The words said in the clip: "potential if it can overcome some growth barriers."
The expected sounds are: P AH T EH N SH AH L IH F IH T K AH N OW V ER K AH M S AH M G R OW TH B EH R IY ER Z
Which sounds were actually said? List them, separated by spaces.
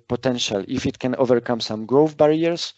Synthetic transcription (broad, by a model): P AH T EH N SH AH L IH F IH T K AH N OW V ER K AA M S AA M G R OW F B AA R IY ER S